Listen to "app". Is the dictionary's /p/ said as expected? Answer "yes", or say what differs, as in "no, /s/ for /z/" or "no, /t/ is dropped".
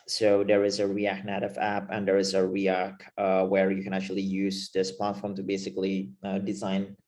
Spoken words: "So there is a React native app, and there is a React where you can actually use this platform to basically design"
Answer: yes